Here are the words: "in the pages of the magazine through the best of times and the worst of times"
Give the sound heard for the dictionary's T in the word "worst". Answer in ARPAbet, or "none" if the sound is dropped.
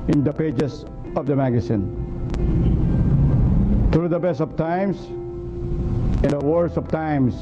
none